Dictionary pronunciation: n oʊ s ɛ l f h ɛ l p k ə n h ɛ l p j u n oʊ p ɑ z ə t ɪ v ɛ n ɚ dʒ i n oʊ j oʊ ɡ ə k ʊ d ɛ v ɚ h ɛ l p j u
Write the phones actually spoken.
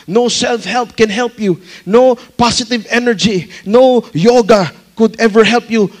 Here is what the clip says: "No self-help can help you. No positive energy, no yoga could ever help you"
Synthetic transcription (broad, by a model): n oʊ s ɛ l f h ɛ l p k ə n h ɛ l p j u n oʊ p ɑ s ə t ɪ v ɛ n ɚ dʒ i n oʊ j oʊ ɡ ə k ʊ d ɛ v ɚ h ɛ l p j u